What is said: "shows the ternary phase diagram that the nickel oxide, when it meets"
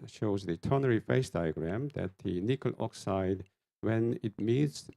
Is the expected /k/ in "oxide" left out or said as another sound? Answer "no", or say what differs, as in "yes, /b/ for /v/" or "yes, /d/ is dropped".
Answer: no